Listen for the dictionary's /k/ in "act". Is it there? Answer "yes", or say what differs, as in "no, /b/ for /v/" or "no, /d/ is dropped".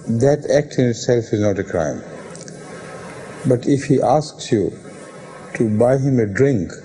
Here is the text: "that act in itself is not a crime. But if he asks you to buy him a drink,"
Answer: yes